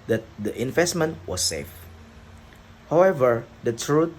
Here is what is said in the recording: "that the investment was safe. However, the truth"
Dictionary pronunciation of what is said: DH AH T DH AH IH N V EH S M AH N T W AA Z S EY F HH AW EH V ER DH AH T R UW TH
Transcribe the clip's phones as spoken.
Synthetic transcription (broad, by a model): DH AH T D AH IH N V EH S M AH N T W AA S EY F HH AW EH V ER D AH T R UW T